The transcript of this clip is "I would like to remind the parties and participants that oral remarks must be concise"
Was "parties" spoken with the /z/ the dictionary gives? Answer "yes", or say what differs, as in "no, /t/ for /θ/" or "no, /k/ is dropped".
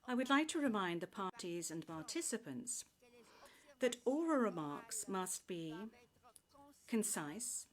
yes